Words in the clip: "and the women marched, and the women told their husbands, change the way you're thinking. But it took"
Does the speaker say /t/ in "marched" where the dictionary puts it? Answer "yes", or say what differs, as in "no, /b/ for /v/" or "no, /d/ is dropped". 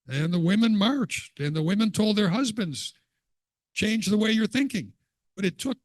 yes